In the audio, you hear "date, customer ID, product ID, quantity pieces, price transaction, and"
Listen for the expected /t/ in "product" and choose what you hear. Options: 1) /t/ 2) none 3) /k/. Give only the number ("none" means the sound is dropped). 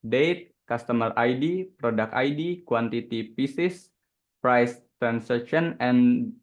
2